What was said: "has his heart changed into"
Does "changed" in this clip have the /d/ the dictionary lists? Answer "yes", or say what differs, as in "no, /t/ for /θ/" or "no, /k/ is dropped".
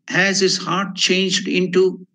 yes